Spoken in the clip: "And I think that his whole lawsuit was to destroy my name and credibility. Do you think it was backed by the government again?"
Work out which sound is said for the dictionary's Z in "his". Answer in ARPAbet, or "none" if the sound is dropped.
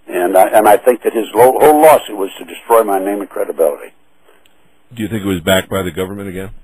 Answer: Z